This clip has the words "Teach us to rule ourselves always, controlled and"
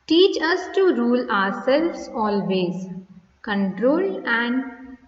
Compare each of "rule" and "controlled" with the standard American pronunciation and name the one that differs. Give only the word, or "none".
controlled